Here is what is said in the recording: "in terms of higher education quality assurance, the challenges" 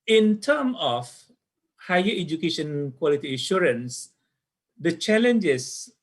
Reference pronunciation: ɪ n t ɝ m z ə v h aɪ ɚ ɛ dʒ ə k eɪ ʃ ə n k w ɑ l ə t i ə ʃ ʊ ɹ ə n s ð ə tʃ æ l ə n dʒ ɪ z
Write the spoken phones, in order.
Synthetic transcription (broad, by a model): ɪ n t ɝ m ə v h aɪ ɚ ɛ dʒ ə k eɪ ʃ ə n k w ɑ l ə t i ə ʃ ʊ ɹ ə n s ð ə tʃ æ l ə n dʒ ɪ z